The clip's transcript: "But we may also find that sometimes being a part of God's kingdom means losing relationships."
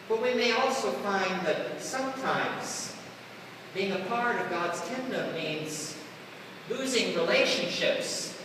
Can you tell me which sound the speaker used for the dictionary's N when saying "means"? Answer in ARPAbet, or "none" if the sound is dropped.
N